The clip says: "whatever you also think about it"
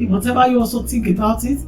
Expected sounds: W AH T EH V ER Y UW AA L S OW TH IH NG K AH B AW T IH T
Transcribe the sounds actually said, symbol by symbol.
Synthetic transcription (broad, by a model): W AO T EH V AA Y UW AA L S OW T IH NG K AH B AW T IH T